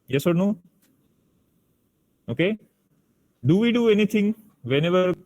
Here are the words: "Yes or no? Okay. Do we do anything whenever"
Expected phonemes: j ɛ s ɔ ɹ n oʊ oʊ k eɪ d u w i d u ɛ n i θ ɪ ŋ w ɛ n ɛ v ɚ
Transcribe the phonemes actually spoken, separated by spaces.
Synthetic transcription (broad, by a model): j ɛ s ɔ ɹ n oʊ oʊ k eɪ d u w i d u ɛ n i t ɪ ŋ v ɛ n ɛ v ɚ